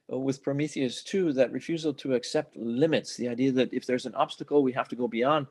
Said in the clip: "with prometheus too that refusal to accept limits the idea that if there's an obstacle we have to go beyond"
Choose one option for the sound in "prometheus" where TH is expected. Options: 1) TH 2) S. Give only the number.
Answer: 1